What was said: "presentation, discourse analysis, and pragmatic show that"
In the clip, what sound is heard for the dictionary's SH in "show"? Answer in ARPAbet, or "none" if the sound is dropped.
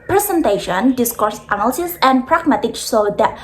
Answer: S